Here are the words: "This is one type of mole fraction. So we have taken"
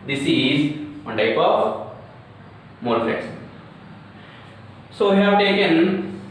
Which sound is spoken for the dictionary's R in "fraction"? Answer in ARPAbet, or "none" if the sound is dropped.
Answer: L